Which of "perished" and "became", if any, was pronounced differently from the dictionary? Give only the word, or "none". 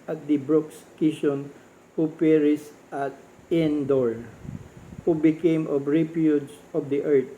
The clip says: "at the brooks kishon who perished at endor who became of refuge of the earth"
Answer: perished